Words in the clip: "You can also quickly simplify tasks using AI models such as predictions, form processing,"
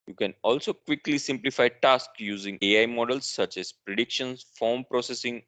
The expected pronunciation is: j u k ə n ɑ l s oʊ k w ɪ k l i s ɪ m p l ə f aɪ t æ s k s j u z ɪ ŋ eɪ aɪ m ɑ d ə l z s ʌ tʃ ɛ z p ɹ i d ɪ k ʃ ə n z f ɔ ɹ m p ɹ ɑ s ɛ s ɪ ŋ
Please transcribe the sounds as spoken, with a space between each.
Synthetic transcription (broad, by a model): j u k ə n ɑ l s oʊ k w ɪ k l i s ɪ m p l ə f aɪ t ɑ s k j u z ɪ ŋ eɪ aɪ m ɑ d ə l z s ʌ tʃ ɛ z p ɹ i d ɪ k ʃ ə n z f ɔ ɹ m p ɹ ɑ s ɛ s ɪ ŋ